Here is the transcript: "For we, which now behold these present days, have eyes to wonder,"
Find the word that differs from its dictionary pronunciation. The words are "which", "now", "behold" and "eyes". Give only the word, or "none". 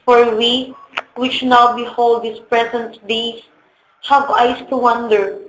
eyes